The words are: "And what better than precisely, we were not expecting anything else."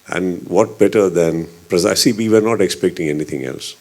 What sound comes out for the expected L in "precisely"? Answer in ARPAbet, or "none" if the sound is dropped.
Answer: none